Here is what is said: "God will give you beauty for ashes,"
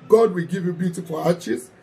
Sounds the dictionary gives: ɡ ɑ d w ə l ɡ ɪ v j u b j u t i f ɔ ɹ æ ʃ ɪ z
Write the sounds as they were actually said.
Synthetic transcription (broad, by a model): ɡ ɑ d w ə l ɡ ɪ v j u b j u t i f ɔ l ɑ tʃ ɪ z